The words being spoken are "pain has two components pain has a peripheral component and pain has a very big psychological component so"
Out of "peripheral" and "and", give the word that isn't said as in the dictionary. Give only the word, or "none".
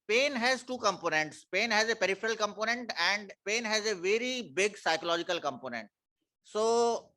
none